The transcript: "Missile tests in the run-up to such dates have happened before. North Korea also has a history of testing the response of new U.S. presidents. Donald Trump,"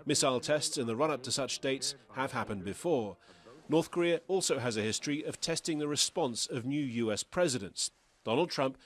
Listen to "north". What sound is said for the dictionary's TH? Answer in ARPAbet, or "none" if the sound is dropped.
TH